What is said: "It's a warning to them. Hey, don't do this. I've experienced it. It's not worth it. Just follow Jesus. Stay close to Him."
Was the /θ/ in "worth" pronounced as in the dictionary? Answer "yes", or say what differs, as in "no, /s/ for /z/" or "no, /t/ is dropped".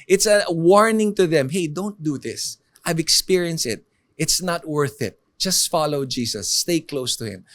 yes